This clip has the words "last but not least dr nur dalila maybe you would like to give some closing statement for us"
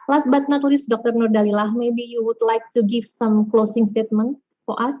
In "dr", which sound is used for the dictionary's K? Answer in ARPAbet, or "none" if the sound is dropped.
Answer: K